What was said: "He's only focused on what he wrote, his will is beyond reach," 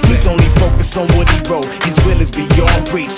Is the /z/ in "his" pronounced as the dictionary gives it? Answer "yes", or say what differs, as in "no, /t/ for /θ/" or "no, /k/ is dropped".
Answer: yes